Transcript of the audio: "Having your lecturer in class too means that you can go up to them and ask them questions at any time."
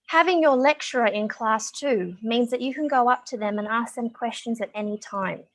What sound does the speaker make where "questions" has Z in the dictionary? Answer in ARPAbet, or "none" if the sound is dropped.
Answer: Z